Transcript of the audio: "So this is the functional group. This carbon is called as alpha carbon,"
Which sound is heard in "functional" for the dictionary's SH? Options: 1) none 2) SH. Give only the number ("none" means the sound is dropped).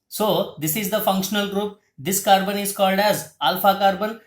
2